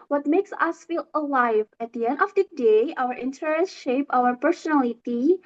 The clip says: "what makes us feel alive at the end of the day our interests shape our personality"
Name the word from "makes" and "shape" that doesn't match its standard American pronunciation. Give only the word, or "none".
none